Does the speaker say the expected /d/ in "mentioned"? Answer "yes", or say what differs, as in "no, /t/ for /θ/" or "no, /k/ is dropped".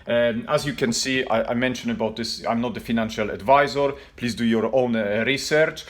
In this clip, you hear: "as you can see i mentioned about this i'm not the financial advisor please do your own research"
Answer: no, /d/ is dropped